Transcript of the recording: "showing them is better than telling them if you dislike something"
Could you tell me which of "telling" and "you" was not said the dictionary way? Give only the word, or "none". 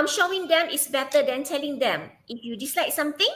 none